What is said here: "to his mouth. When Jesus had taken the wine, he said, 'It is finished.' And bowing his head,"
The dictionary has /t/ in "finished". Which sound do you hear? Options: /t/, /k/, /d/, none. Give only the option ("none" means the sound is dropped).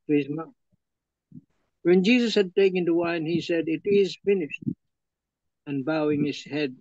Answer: /t/